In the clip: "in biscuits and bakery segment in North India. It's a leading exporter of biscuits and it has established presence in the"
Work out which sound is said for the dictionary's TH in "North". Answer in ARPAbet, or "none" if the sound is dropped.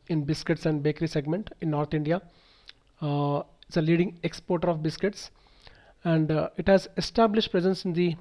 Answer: T